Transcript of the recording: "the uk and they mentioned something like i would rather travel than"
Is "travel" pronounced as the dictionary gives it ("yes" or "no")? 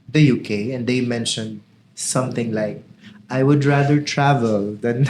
yes